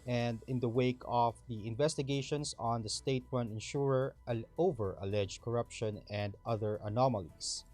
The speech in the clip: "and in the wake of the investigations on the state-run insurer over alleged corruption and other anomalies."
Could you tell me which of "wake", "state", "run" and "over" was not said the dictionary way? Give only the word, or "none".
run